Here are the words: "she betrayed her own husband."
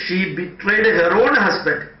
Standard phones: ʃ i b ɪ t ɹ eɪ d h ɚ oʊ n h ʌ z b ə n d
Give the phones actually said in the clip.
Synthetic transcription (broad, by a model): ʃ i b ɪ t ɹ eɪ d h ɚ oʊ n h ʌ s b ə n d